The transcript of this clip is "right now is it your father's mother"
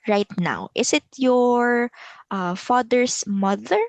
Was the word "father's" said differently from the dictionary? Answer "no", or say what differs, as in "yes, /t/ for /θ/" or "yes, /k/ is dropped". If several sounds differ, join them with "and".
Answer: yes, /s/ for /z/